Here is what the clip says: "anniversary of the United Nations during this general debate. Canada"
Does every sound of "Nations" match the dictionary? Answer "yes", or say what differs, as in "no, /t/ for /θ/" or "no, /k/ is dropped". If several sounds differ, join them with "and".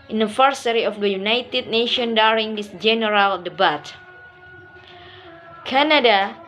no, /z/ is dropped